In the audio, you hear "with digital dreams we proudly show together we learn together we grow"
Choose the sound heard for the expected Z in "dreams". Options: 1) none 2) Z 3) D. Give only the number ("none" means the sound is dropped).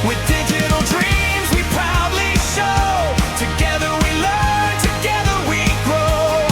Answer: 2